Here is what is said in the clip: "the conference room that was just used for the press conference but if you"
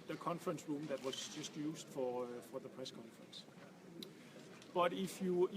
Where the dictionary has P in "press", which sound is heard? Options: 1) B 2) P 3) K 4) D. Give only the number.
2